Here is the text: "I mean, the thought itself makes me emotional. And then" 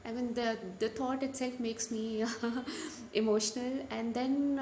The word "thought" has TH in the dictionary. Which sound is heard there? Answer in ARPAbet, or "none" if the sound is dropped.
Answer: T